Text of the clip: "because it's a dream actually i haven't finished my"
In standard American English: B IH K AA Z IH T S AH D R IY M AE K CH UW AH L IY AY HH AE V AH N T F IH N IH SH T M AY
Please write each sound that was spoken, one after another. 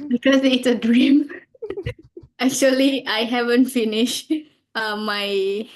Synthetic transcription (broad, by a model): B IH K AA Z IH T S AH D R IY M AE K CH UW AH L IY AY HH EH V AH N T F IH N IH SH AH M AY